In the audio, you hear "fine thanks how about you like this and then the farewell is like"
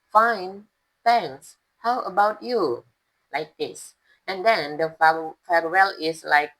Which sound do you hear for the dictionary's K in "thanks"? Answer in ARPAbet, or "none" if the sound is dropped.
none